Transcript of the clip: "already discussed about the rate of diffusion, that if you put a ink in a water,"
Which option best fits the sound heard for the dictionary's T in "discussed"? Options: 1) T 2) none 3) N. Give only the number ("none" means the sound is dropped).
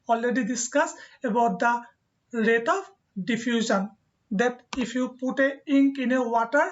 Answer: 2